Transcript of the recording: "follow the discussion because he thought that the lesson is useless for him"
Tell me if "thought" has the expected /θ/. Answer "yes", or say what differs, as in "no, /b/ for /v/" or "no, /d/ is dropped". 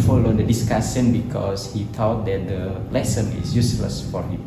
no, /t/ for /θ/